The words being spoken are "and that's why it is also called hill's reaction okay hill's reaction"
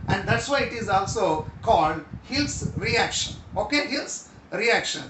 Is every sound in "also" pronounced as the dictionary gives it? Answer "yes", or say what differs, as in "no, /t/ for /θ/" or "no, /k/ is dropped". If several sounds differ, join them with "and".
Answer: yes